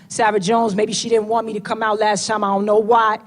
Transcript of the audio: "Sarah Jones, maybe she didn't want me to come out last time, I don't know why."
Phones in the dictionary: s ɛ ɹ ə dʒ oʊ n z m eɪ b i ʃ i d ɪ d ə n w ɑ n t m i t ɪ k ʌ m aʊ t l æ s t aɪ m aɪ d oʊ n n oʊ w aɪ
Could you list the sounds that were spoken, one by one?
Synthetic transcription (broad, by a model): s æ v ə dʒ oʊ n z m eɪ b i ʃ i d ɪ d n w ɑ n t m i t ɪ k ʌ m aʊ t l æ s t aɪ m aɪ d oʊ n n oʊ w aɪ